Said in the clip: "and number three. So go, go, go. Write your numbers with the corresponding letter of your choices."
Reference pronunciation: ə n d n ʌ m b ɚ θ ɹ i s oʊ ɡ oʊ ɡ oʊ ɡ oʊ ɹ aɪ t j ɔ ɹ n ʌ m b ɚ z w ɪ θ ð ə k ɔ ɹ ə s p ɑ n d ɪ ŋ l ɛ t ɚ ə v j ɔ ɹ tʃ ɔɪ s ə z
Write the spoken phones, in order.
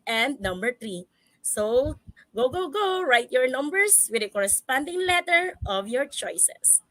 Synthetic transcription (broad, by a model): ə n d n ʌ m b ɚ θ ɹ i s oʊ ɡ oʊ ɡ oʊ ɡ oʊ ɹ aɪ t j ɔ ɹ n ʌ m b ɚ s w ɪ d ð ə k ɔ ɹ ə s p ɑ n d ɪ ŋ l ɛ t ɚ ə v j ɔ ɹ tʃ ɔɪ s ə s